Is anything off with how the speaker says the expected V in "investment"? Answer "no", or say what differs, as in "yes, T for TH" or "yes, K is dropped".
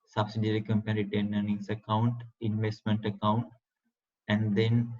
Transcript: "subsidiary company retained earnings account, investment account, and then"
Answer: no